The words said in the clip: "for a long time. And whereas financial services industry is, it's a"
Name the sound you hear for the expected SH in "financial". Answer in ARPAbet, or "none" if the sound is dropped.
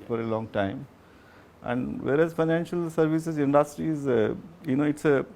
SH